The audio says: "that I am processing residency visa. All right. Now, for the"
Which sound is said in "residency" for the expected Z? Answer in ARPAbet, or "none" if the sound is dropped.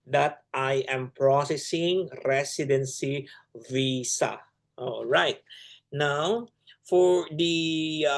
S